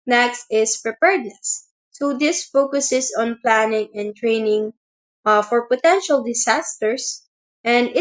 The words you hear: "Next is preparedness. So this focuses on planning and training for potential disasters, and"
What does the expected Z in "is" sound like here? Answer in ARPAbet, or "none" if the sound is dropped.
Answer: S